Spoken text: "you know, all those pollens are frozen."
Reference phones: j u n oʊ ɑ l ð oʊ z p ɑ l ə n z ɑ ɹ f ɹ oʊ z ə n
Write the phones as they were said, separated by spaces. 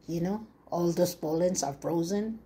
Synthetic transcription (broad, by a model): j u n oʊ ɑ l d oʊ s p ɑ l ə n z ɑ ɹ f ɹ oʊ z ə n